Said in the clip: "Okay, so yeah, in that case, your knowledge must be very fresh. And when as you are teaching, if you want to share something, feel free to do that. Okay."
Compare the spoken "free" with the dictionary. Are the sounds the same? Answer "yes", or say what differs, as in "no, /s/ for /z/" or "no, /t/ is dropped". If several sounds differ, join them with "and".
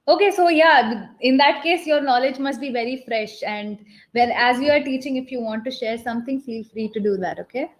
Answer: yes